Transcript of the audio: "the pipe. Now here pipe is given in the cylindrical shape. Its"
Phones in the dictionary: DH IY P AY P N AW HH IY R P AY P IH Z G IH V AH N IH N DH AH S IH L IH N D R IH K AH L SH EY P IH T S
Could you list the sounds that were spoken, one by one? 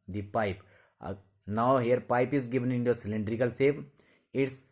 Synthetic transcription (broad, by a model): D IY P AY P N AW HH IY R P AY P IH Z G IH V AH N IH N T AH S IH L IH N D R IH K AH L S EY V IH T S